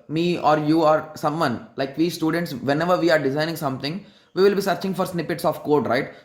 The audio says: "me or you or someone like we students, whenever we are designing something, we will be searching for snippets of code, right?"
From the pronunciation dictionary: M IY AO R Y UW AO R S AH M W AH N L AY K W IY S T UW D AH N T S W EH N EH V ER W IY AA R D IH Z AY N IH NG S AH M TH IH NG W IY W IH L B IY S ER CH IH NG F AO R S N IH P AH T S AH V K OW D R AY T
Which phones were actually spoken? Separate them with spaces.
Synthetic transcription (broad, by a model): M IY AO R Y UW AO R S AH M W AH N L AY K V IY S T UW D AH N T S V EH N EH V ER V IY AA R D IH Z AY N IH NG S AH M T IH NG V IY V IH L B IY S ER CH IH NG F AO R S N IH P AH T S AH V K OW D R AY T